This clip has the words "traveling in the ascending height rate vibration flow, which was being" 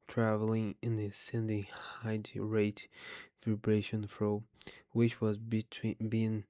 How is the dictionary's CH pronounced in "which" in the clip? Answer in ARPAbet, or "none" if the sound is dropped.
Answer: CH